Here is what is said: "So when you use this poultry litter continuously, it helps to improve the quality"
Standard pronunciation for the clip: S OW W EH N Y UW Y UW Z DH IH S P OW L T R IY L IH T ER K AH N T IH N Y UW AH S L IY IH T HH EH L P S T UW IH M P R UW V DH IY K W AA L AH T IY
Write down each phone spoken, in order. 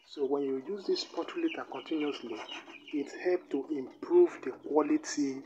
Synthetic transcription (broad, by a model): S OW W EH N Y UW Y UW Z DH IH S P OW T IY L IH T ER K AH N T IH N Y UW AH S L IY IH T HH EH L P T UW IH M P R UW V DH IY K W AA L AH T IY